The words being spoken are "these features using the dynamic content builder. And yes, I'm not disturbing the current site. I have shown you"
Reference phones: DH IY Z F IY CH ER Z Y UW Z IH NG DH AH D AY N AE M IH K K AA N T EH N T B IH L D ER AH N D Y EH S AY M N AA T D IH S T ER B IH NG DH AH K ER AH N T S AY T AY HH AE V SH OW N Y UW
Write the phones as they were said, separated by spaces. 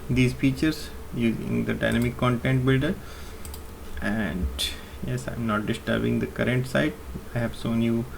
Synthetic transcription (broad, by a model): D IY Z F IY CH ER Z Y UW Z IH NG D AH D AY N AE M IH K K AA N T EH N T B IH L D ER AH N D Y EH S AY M N AA T D IH S T ER B IH NG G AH K ER AH N T S AY T AY HH AE V S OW N Y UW